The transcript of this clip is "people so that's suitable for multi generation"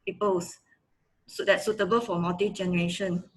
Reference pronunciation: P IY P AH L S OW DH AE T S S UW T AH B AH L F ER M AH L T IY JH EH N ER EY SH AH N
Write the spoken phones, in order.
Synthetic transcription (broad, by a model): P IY P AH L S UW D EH T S S UW T AH B AH L F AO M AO T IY JH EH N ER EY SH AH N